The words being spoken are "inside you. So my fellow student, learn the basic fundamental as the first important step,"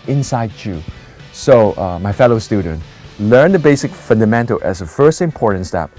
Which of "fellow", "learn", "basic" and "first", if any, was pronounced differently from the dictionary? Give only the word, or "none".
none